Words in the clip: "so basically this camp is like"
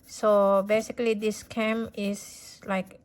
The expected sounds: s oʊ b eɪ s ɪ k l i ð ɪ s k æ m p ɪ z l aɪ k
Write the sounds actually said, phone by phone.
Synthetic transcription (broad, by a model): s oʊ b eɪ s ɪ k l i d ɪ s k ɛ m ɪ s l aɪ k